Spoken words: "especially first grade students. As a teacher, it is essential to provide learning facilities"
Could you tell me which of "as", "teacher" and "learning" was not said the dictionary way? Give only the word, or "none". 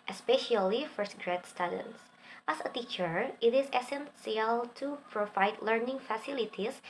as